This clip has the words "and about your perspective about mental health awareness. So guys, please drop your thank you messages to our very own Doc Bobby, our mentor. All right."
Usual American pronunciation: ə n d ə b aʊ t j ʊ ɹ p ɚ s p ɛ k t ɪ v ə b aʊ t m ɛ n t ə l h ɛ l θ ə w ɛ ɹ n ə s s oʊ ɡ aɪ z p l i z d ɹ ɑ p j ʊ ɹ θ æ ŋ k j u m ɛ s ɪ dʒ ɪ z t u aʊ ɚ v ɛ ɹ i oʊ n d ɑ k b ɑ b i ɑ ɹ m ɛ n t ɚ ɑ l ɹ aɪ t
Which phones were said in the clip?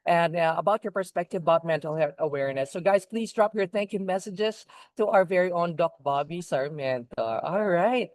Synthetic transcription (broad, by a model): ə n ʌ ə b aʊ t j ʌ ɹ p ɚ s p ɛ k t ɪ v ə b aʊ t m ɛ n t l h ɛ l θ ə w ɛ ɹ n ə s s oʊ ɡ aɪ z p l i z d ɹ ɑ p j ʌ ɹ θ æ ŋ k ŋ m ɛ s ɪ dʒ ɪ z t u aʊ ɚ v ɛ ɹ i oʊ n d ɑ k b ɑ b i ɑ ɹ m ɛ n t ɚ ɑ l ɹ aɪ t